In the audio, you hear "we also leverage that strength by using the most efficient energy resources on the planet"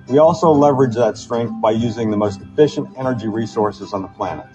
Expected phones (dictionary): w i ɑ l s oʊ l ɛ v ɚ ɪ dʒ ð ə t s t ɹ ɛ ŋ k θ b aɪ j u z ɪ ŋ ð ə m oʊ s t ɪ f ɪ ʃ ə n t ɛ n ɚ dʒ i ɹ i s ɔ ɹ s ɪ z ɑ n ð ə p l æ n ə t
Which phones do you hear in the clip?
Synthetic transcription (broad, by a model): w i ɑ l s oʊ l ɛ v ɚ ɪ dʒ ð ə t s t ɹ ɛ ŋ k θ b aɪ j u z ɪ ŋ ð ə m oʊ s t ɪ f ɪ ʃ ə n t ɛ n ɚ dʒ i ɹ i s ɔ ɹ s ɪ z n ð ə p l æ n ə t